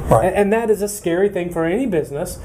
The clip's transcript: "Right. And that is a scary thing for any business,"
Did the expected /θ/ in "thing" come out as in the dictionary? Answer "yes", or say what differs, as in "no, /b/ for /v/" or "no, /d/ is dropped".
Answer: yes